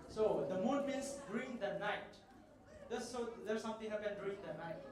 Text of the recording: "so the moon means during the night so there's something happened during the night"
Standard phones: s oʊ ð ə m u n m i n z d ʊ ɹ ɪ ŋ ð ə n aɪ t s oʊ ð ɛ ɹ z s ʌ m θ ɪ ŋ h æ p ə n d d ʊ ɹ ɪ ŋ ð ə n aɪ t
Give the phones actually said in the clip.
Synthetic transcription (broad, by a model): s oʊ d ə m u n m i n s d ɹ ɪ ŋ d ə n aɪ t s oʊ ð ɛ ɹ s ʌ m t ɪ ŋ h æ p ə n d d ɹ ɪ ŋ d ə n aɪ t